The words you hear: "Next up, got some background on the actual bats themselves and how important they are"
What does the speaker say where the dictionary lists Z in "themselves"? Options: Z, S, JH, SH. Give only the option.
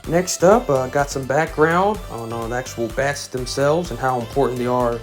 Z